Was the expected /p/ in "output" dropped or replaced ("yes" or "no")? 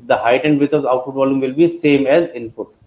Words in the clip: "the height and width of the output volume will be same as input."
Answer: yes